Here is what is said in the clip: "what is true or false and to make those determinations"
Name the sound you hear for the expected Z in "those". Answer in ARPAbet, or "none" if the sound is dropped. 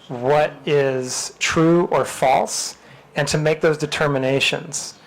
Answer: Z